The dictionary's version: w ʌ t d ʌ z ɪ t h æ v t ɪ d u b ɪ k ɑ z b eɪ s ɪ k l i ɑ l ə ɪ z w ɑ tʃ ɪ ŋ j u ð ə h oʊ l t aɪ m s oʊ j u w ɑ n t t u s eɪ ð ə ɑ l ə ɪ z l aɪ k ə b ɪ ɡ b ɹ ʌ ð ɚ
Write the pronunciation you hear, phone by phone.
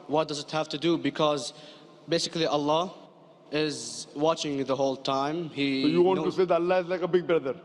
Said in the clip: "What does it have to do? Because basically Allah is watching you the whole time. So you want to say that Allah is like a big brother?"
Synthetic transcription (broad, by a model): w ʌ t d ʌ z ɪ t h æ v t ɪ d u b ɪ k ɑ z b eɪ s ɪ k l i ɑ l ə ɪ z w ɑ tʃ ɪ ŋ ð ə h oʊ l t aɪ m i j u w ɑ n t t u s eɪ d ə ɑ l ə ɪ z l aɪ k ə b ɪ ɡ b ɹ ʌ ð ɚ